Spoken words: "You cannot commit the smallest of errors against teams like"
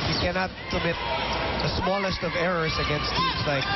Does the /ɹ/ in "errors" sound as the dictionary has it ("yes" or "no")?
yes